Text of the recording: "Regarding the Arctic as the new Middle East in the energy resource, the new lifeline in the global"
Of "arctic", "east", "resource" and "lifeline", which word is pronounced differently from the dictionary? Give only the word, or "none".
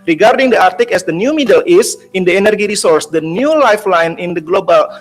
east